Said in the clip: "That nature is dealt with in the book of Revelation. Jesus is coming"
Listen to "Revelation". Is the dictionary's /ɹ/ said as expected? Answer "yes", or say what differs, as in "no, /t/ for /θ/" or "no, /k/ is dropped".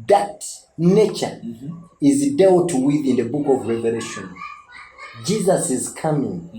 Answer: yes